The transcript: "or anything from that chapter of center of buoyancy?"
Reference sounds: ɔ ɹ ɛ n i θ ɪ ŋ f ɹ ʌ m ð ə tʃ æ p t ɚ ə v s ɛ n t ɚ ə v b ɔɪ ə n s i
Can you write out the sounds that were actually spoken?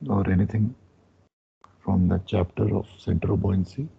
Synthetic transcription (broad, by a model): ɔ ɹ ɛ n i t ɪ ŋ f ɹ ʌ m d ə tʃ æ p t ɚ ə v s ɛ n t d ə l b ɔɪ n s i